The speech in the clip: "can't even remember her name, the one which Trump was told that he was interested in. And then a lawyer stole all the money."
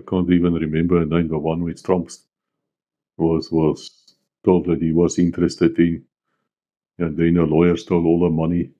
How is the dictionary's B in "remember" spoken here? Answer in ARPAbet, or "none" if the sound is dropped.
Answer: B